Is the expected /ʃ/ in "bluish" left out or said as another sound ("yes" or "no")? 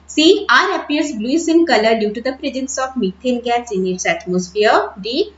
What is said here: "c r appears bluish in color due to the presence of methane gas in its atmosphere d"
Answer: yes